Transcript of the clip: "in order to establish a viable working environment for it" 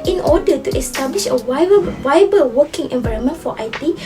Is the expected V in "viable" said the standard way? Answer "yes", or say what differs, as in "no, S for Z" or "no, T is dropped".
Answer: no, W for V